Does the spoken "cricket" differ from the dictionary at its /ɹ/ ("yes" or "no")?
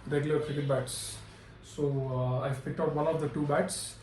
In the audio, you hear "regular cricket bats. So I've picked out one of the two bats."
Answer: yes